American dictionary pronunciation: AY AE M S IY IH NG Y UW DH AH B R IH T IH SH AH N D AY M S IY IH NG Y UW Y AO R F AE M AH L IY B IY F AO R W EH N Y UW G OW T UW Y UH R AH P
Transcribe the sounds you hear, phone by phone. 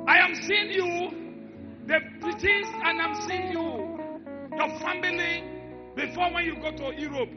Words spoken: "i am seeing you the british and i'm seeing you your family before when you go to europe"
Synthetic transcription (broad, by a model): AY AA M S IY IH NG Y UW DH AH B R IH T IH S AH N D AY M S IY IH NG Y UW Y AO F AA M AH L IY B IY F AO W EH N Y UW G OW T UW Y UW R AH P